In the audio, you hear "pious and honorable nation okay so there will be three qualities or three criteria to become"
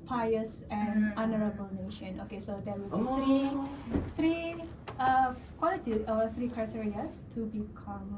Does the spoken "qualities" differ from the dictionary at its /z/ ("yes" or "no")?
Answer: yes